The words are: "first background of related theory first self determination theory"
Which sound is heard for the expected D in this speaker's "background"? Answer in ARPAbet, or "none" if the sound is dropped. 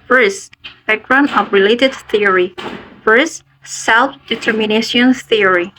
none